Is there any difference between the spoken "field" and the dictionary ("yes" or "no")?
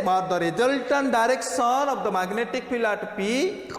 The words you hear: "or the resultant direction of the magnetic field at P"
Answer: yes